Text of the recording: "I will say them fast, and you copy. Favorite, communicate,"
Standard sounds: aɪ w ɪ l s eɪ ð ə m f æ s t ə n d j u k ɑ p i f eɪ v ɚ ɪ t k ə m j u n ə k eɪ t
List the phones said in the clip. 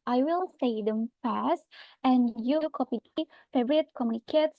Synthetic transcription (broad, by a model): aɪ w ɪ l s eɪ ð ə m f æ s t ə n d j u k ɑ p i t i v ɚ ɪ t k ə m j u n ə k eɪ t